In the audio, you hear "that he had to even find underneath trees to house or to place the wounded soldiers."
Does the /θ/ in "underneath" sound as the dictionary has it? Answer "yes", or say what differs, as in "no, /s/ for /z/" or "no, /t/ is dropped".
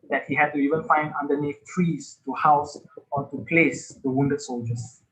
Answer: no, /f/ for /θ/